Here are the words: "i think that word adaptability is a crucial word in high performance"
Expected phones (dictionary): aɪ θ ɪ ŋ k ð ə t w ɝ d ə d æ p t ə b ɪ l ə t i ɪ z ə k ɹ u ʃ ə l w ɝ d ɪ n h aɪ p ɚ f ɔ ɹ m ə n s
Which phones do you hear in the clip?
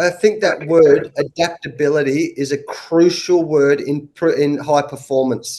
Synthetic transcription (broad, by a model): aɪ θ ɪ ŋ k ð ə t w ɝ d ə d æ p t ə b ɪ l ə t i ɪ z ə k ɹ u ʃ l w ɝ d ɪ n h aɪ p ɚ f ɔ ɹ m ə n s